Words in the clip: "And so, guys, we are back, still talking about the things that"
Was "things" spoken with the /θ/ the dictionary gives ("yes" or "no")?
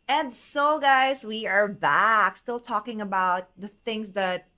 yes